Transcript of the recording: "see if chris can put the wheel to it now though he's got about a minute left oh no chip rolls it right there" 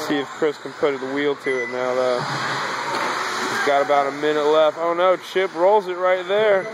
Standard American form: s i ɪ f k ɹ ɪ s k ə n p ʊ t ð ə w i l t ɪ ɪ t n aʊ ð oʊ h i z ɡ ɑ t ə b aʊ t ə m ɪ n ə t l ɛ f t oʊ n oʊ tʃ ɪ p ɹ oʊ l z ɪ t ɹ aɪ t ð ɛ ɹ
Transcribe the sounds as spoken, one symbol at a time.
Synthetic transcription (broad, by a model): s i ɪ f k ɹ ɪ s k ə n p ʊ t ð ə w i l t ɪ ɪ t n aʊ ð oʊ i ɡ ɑ t ə b aʊ t ə m ɪ n ə t l ɛ f t oʊ n oʊ tʃ ɪ p ɹ oʊ l z ɪ t ɹ aɪ t ð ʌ ɹ